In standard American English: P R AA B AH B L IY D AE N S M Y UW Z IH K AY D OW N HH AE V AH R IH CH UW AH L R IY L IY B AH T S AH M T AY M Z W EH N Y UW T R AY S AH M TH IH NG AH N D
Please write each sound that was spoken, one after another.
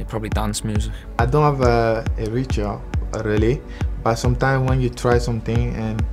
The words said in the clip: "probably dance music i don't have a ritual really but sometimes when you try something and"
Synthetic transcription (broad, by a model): P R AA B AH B L IY D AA N S M Y UW Z IH K AY D OW N HH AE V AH R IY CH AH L R IY L IY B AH T S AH M T AY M W EH N Y UW T R AY S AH M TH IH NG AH N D